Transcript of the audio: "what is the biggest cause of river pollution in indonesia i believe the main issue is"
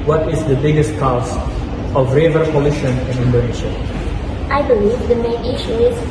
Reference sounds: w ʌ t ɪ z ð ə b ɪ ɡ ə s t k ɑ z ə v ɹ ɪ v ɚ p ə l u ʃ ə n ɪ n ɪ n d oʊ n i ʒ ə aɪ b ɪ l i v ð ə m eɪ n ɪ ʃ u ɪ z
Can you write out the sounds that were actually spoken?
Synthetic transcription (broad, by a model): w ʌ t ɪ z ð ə b ɪ ɡ ə s t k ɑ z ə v ɹ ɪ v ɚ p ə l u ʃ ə n ɪ n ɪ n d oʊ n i ʃ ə aɪ b ɪ l i v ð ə m eɪ n ɪ ʃ u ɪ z